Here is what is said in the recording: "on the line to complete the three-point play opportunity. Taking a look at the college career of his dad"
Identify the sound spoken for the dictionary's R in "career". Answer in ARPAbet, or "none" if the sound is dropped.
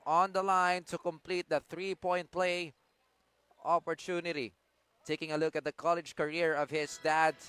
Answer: R